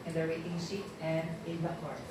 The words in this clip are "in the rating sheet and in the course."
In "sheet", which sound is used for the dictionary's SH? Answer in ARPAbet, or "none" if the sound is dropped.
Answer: S